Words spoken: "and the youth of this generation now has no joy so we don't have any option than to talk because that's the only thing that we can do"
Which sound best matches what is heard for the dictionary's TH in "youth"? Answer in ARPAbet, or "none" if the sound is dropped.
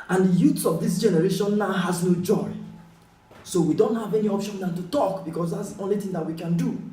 S